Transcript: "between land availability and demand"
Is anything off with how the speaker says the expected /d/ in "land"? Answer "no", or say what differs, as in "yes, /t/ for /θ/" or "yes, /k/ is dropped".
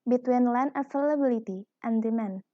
yes, /d/ is dropped